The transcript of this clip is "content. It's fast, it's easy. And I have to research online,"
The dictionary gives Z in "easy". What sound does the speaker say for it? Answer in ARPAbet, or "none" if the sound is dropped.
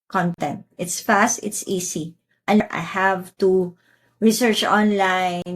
S